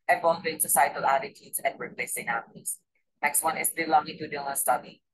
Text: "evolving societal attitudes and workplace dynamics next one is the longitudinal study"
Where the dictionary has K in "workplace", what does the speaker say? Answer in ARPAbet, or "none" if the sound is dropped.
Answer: none